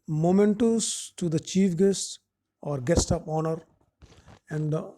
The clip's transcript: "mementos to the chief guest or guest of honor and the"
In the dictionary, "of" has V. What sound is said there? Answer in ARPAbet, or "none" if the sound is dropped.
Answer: P